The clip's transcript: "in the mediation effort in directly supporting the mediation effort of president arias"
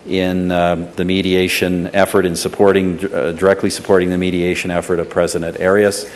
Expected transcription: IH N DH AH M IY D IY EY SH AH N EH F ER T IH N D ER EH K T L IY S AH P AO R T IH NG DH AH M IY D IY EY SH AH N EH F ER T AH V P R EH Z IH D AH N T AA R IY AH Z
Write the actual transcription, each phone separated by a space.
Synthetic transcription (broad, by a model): IH N DH AH M IY D IY EY SH AH N EH F ER T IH N D ER EH K T L IY S AH P AO R T IH NG DH AH M IY D IY EY SH AH N EH F ER T AH V P R EH Z IH D AH N T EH R IY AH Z